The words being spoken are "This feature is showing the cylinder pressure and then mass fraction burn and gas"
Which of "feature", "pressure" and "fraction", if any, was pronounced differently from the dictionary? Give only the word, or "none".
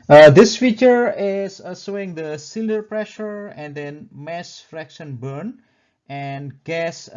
none